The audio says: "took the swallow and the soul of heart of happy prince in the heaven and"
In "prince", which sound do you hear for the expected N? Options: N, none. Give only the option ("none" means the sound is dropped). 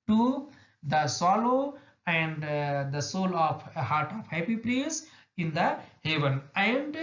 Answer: none